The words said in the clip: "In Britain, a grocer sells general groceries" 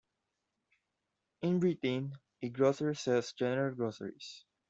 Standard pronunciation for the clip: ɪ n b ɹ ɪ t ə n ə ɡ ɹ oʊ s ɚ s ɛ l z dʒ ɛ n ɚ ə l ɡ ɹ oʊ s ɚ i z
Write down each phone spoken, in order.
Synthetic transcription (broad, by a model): ɪ n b ɹ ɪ t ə n ə ɡ ɹ oʊ s ɚ s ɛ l s dʒ ɛ n ɚ ə l ɡ ɹ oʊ s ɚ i s